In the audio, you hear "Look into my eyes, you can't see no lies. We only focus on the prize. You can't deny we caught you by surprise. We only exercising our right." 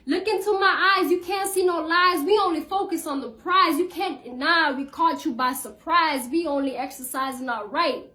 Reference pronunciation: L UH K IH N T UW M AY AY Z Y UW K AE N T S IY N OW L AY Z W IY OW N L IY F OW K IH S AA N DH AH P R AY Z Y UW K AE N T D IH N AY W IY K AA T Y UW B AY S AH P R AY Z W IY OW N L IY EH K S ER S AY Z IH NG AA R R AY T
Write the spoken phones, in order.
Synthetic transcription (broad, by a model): L UH K IH N T UW M AY AY Z Y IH K AE N T S IY N OW L AY Z W IY OW N L IY F OW K IH S N DH AH P R AY Z Y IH K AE N D IH N AY W IY K AA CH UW B AY S AH P R AY Z W IY OW N L IY EH K S ER S AY Z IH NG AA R R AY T